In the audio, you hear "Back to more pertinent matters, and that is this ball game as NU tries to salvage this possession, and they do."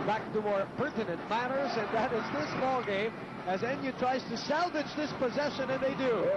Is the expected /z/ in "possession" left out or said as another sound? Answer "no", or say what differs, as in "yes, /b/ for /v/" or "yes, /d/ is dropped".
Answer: no